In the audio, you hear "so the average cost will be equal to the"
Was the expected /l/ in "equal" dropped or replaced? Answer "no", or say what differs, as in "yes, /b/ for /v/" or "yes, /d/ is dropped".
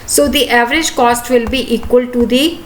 no